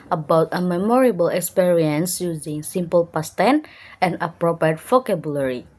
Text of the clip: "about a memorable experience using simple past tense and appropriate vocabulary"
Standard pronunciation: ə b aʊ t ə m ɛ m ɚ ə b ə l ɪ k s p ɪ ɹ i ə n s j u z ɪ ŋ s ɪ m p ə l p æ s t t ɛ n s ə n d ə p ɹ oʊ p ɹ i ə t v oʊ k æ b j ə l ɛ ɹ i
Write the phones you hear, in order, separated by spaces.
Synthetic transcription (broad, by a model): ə b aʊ t ə m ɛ m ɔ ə b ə l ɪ k s p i ɹ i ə n s j u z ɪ ŋ s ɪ m p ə l p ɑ s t t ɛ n ə n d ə p ɹ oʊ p ɹ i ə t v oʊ k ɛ b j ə l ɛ ɹ i